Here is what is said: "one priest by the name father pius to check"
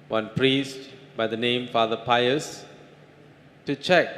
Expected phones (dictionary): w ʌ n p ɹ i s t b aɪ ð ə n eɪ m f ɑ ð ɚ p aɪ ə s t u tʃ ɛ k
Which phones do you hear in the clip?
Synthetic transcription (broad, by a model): w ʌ n p ɹ i s t b aɪ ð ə n eɪ m f ɑ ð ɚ p aɪ ə s t u tʃ ɛ k